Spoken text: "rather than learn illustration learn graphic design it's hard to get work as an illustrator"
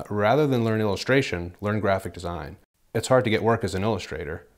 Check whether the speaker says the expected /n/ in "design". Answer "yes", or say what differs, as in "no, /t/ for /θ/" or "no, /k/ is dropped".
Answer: yes